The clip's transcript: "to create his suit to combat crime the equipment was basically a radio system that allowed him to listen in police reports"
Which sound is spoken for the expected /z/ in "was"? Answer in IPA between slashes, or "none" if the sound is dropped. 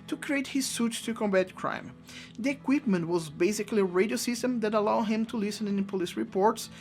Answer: /z/